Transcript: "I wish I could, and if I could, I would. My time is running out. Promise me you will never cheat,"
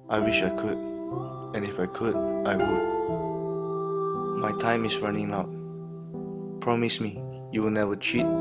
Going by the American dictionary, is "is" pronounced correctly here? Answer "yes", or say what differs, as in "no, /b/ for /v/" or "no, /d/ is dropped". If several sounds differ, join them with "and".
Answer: no, /s/ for /z/